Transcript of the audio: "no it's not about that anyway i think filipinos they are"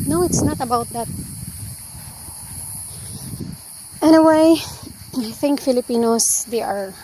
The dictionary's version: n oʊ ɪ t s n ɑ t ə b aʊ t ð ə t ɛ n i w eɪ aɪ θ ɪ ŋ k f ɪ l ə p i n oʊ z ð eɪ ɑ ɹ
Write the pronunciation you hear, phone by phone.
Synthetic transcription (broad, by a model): n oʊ ɪ t s n ɑ t ə b aʊ t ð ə t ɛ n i w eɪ aɪ θ ɪ ŋ k f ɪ l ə p i n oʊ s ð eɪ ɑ ɹ